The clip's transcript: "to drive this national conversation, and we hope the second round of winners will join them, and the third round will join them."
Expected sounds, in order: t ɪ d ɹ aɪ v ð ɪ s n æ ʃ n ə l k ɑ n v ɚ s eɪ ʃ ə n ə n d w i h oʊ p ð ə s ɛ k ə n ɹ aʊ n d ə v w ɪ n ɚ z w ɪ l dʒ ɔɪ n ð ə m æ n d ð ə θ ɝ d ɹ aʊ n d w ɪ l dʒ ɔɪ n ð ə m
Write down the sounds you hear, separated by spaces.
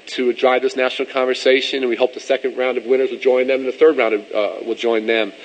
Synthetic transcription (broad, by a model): t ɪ d ɹ aɪ v ð ɪ s n æ ʃ n l k ɑ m v ɚ s eɪ ʃ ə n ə n w i h oʊ p ð ə s ɛ k ə n ɹ aʊ n d ə v w ɪ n ɚ z w ɪ l dʒ ɔɪ n ð ə m n ð ə θ ɝ d ɹ aʊ n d w ɪ l dʒ ɔɪ n ð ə m